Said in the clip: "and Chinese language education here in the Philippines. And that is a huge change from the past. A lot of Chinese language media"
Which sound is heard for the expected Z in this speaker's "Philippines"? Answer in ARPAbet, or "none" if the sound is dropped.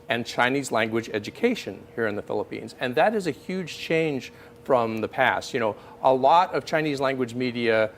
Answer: Z